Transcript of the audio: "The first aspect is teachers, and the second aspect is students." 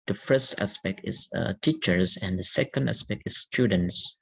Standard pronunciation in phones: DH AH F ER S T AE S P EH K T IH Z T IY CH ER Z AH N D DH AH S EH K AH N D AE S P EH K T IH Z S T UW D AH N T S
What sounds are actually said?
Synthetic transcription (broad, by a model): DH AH F ER S T AE S P EH K T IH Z T IY CH ER Z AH N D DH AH S EH K AH N D AE S P EH K T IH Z S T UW D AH N T S